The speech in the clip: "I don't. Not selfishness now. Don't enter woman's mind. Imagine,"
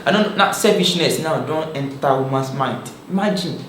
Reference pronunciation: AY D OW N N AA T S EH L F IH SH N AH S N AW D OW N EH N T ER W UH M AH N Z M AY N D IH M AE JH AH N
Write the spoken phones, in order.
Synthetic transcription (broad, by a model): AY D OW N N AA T S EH F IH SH N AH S N AW D OW N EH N T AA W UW M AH N S M AY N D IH M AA JH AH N